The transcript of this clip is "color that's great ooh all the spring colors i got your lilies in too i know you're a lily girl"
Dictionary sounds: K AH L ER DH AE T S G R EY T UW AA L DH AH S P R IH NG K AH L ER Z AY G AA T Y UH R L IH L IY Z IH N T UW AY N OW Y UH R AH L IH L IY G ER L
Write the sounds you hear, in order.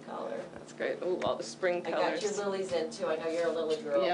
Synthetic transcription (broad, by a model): K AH L ER DH AE T S G R EY T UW AA L DH AH S P R IH NG K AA IH AY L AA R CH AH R L IH L IY Z IH N T UW AY N OW Y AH R AH L IH L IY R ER